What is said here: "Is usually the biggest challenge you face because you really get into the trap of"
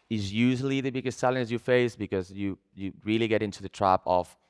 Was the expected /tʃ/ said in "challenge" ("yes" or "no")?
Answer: no